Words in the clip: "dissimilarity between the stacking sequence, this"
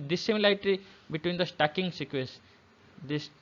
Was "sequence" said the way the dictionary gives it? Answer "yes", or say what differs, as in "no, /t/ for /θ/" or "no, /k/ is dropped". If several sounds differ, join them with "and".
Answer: no, /n/ is dropped